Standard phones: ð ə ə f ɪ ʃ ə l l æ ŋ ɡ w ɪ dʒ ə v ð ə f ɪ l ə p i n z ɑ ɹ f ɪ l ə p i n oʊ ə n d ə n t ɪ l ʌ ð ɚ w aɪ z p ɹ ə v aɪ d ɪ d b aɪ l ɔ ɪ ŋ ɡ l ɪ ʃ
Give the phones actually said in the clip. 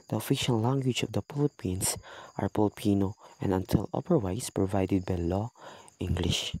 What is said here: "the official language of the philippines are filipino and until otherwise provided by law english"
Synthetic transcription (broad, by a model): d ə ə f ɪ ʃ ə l l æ ŋ ɡ w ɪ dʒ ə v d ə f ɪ l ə p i n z ɑ ɹ p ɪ l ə p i n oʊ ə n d ə n t ɪ l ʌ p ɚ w aɪ s p ɹ ə v aɪ d ɪ d b aɪ l ɔ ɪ ŋ ɡ l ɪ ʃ